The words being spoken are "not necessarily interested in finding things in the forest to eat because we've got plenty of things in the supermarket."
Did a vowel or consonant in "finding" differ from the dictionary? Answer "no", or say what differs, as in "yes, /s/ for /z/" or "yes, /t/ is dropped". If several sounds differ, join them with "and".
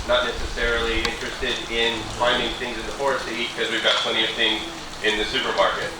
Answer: no